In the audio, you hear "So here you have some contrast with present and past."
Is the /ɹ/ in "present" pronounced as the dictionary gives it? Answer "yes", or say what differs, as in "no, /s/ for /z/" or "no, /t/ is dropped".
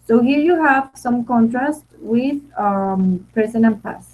no, /ɹ/ is dropped